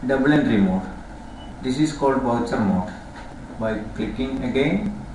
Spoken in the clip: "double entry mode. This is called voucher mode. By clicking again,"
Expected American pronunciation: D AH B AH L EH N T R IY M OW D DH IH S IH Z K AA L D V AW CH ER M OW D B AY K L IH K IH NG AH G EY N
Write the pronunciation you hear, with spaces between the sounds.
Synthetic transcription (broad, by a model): D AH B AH L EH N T R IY M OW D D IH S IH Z K AA L D B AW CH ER M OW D B AY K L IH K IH NG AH G EY N